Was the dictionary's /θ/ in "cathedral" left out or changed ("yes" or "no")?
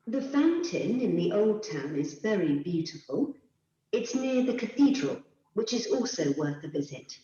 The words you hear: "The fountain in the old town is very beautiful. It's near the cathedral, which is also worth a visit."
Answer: no